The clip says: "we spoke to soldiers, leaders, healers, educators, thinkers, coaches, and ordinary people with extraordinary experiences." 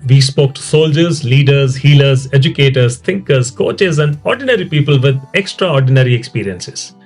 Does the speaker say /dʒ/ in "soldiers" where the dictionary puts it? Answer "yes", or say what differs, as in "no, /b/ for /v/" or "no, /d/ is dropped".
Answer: yes